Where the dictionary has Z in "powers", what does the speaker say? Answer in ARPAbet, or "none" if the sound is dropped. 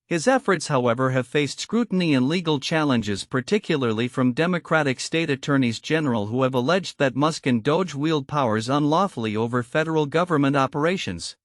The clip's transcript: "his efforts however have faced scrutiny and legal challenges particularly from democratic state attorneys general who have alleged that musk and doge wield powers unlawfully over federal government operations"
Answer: Z